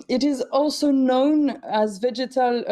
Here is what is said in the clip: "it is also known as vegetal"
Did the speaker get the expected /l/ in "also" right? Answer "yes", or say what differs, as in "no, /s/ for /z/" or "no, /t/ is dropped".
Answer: yes